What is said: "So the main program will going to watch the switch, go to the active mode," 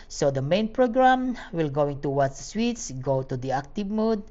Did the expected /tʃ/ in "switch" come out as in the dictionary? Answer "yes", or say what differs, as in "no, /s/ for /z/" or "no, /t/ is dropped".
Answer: no, /s/ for /tʃ/